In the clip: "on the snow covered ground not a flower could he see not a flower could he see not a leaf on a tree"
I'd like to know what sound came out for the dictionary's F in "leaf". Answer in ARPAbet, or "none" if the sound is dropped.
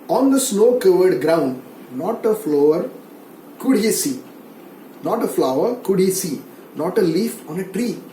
F